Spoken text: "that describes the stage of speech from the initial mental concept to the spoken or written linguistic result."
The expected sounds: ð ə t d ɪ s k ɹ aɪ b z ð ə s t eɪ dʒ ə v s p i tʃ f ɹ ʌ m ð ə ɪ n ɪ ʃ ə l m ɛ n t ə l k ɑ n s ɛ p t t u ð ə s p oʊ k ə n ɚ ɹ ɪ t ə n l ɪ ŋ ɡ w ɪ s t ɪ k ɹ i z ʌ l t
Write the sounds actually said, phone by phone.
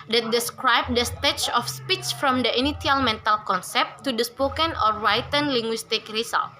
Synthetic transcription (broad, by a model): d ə t d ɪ s k ɹ aɪ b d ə s t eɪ tʃ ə f s p i tʃ f ɹ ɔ m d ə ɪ n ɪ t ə l m ɛ n t ə l k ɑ n s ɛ p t t u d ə s p oʊ k ə n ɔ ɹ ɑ t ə n l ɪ ŋ ɡ w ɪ s t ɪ k ɹ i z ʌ l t